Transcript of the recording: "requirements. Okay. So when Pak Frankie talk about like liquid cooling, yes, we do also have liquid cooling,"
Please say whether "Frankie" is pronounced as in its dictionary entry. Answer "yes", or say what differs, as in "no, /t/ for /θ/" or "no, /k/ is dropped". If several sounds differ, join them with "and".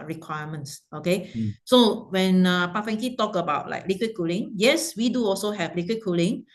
no, /ɹ/ is dropped